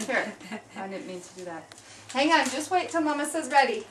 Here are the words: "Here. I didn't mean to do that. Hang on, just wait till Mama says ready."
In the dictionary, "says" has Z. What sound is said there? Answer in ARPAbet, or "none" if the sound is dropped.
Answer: Z